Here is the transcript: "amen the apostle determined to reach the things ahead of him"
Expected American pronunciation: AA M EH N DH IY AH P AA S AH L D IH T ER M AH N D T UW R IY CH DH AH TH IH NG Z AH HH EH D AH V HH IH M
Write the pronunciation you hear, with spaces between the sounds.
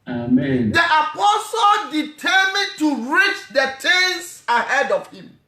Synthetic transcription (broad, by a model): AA M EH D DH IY AH P AA S AH L D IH T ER M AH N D T UW R IY CH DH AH T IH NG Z AH HH EH D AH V HH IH M